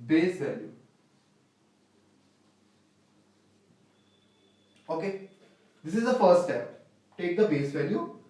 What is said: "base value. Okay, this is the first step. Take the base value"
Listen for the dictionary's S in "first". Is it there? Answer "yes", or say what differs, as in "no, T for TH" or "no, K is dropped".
no, S is dropped